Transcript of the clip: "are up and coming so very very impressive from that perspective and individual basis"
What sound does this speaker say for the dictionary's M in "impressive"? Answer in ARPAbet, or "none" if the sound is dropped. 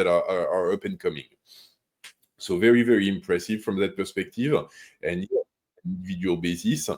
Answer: M